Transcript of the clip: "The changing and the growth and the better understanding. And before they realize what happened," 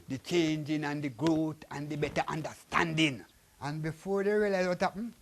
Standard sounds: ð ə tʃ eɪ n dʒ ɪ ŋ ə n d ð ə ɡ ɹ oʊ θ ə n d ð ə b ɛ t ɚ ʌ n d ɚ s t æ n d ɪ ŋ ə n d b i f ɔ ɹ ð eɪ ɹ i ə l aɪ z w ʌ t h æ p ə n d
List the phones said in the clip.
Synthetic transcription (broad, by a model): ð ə tʃ eɪ n dʒ ɪ ŋ ə n d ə ɡ ɹ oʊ t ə n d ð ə b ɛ t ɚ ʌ n d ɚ s t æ n d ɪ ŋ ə n b i f ɔ ɹ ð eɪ ɹ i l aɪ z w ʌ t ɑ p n